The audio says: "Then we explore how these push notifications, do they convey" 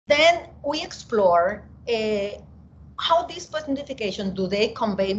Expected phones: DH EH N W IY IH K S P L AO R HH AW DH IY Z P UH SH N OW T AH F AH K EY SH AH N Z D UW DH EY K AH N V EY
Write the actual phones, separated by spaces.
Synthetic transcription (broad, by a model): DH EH N W IY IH K S P L AO R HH AW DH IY S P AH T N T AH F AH K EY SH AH N D UW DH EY K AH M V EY